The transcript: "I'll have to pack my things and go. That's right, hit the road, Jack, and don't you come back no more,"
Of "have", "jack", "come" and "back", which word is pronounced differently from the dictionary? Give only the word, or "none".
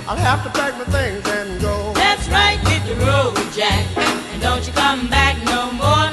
have